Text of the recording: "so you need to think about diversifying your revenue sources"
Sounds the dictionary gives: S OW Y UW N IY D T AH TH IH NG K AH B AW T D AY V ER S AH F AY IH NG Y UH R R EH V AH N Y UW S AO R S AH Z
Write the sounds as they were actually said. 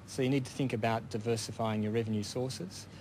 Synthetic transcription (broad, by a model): S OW Y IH N IY D T AH TH IH NG K AH B AW T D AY V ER S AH F AY IH NG Y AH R R EH V AH N Y UW S AO R S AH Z